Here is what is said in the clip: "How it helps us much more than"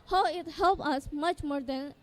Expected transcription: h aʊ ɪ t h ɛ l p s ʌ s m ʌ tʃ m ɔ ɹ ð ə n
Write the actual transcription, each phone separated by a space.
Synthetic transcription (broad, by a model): h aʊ ɪ t h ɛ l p ʌ s m ʌ tʃ m ɔ ɹ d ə n